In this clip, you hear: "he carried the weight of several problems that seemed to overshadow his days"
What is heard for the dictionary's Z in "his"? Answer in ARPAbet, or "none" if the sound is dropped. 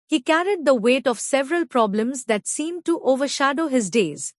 Z